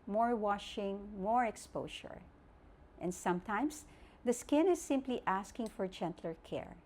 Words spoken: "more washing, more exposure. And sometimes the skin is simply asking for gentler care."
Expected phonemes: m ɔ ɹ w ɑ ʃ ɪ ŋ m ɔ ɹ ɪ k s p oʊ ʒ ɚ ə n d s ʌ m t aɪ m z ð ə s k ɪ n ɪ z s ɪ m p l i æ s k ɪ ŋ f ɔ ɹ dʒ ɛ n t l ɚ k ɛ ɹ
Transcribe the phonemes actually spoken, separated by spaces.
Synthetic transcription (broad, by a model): m ɔ ɹ w ɑ ʃ ɪ ŋ m ɔ ɹ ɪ k s p oʊ ʃ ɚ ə n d s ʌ m t aɪ m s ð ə s k ɪ n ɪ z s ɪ m p l i æ s k ɪ ŋ f ɔ ɹ dʒ ɛ n t l ɚ k ɛ ɹ